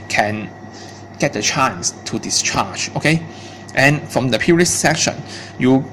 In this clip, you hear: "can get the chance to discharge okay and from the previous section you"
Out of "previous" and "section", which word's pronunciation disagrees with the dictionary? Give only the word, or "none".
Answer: previous